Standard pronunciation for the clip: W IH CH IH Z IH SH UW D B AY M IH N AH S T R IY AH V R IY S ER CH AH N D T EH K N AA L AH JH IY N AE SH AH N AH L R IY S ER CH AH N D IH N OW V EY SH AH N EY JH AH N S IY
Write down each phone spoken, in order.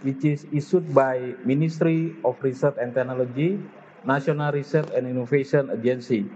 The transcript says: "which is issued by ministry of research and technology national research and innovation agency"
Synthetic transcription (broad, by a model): W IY CH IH S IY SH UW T B AY M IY N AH S T R IY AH F R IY S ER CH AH N T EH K N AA L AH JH IY N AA S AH N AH L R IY S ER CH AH N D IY N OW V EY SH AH N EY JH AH N S IY